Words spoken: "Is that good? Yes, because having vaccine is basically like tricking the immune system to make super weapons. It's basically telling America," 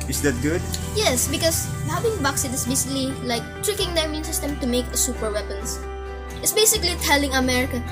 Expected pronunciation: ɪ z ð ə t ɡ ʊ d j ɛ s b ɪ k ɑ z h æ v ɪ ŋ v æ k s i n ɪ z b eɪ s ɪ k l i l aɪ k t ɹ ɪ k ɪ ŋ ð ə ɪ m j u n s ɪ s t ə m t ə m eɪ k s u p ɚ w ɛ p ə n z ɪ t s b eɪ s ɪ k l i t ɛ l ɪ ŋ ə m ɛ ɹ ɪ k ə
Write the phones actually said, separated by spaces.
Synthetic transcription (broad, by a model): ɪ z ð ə t ɡ ʊ d j ɛ s b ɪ k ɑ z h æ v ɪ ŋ b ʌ k s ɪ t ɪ s b eɪ s ɪ k l i l aɪ k t ɹ ɪ k ɪ ŋ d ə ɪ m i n s ɪ s t ə m t ə m eɪ k s u p ɚ w ɛ p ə n s ɪ t s b eɪ s ɪ k l i t ɛ l ɪ ŋ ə m ɛ ɹ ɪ k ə